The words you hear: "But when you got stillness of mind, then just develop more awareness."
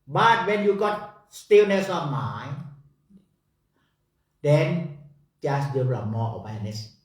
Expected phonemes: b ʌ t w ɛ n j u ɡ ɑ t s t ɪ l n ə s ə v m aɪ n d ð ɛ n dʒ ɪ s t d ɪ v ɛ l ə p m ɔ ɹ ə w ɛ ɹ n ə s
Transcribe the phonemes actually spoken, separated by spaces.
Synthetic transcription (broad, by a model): b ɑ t w ɛ n j u ɡ ɑ t s t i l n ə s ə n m aɪ d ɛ n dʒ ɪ s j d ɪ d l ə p m ɔ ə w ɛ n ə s